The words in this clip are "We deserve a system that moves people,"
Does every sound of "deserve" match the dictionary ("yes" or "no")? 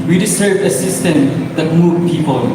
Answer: no